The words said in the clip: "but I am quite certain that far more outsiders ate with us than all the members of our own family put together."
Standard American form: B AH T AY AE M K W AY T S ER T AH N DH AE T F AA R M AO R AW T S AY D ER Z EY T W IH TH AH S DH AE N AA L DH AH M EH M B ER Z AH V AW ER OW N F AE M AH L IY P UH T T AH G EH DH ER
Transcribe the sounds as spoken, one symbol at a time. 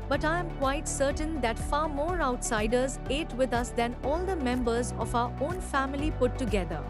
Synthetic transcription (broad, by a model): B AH T AY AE M K W AY T S ER T AH N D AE T F AA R M AO R AW T S AY D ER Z EY T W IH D AH S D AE N AA L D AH M EH M B ER Z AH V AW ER OW N F AE M AH L IY P UH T T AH G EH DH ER